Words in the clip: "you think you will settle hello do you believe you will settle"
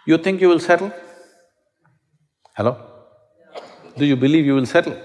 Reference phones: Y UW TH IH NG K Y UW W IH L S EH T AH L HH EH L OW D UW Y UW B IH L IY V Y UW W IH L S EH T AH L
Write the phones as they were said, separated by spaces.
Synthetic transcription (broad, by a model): Y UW T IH NG K Y UW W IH L S EH T AH L HH EH L OW D UW Y UW B IH L IY V Y UW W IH L S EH T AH L